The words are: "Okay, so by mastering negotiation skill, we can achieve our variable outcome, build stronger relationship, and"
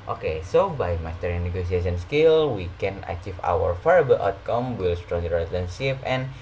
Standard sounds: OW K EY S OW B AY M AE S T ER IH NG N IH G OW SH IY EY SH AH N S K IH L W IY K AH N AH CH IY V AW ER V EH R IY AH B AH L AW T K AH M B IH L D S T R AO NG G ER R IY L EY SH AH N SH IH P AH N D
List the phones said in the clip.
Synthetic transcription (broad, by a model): OW K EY S OW B AY M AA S T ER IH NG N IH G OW S IY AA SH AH N S K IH L W IY K AH N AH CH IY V AW ER F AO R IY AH B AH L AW T K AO M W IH L S T R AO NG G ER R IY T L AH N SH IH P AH N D